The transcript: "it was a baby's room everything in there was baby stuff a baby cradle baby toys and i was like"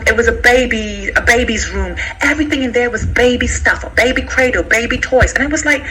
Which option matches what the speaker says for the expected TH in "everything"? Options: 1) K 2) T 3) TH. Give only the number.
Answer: 3